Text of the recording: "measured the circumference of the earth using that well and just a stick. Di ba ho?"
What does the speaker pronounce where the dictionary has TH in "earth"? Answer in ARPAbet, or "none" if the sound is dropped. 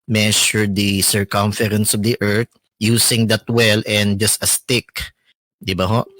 T